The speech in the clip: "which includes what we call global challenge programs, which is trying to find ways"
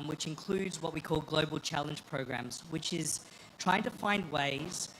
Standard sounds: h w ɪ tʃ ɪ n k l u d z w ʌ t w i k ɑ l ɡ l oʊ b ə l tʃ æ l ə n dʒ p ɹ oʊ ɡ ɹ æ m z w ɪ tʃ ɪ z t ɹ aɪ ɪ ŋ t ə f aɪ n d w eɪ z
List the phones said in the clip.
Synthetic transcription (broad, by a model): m w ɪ tʃ ɪ n k l u d z w ʌ t w i k ɑ l ɡ l oʊ b ə l tʃ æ l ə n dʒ p ɹ oʊ ɡ ɹ æ m z w ɪ tʃ ɪ z t ɹ aɪ ɪ ŋ t ə f aɪ n d w eɪ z